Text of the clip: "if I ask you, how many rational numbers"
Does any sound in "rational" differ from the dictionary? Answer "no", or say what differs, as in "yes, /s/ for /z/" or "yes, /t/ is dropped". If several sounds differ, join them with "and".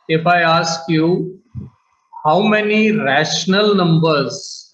no